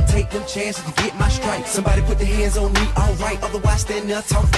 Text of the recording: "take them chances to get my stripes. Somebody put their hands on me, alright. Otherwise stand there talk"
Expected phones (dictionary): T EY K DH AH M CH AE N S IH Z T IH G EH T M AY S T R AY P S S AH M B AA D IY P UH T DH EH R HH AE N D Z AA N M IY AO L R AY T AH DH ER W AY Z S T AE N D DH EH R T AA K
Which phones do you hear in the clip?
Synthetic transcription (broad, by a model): T EY K DH AH M CH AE N S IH T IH G EH T M AY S T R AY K S AH M B AA D IY P UH T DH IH HH AE N D Z N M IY AO L R AY T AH DH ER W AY S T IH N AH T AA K